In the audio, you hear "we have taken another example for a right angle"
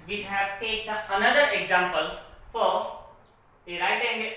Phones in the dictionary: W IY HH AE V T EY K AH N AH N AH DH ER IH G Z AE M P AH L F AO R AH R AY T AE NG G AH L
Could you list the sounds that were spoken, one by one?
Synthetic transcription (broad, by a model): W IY HH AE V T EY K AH AH N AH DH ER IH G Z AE M P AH L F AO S AH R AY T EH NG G